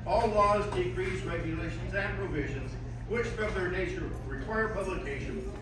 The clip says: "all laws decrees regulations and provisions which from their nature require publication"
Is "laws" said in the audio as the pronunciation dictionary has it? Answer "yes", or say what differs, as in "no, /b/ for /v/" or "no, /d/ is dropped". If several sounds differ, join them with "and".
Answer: yes